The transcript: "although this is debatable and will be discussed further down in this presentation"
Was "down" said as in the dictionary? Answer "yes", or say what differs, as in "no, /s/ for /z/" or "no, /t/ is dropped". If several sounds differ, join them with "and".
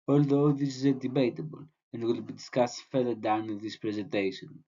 no, /n/ is dropped